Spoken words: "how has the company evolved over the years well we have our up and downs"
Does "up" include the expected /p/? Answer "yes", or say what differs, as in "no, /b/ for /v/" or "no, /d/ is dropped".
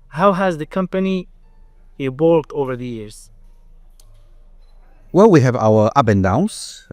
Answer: no, /b/ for /p/